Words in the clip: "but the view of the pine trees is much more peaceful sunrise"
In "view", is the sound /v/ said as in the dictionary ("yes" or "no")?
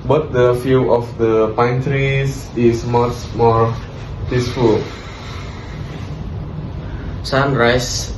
no